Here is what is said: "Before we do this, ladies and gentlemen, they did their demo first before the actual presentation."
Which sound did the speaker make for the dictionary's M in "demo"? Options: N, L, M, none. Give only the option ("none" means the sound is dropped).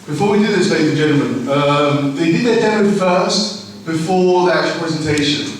none